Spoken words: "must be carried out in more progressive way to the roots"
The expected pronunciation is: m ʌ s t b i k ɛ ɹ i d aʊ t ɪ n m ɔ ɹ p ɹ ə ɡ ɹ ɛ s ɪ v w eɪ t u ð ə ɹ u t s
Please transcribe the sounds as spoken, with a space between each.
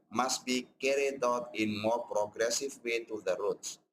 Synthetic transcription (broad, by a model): m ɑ s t b i k ɛ ɹ i d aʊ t ɪ n m ɔ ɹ p ɹ ə ɡ ɹ ɛ s ɪ v w eɪ t u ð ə ɹ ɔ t s